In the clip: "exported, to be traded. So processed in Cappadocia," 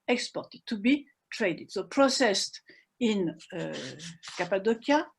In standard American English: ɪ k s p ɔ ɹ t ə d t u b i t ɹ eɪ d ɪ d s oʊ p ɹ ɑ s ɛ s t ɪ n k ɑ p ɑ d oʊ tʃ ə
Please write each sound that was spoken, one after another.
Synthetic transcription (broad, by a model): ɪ k s p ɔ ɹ t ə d t u b i t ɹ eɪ d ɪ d s oʊ p ɹ ɑ s ɛ s t ɪ n k ɑ p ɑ d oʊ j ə